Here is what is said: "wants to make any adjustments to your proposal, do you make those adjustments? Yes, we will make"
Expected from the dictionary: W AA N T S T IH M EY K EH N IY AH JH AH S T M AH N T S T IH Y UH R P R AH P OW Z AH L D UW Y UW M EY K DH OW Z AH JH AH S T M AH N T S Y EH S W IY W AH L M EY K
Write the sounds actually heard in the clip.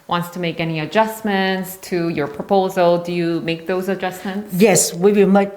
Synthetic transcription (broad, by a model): W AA N T S T IH M EY K EH N IY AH JH AH S M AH N T S T IH Y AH R P R AH P OW Z AH L D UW Y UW M EY K DH OW Z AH JH AH S M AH N T S Y EH S W IY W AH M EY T